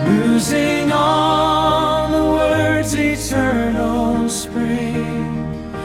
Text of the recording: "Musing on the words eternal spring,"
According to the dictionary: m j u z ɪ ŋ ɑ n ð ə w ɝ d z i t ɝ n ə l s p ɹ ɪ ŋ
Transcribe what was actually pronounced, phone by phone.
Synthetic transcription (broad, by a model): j u z ɪ ŋ ɑ l ð ə w ɝ d z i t ɝ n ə l s p ɹ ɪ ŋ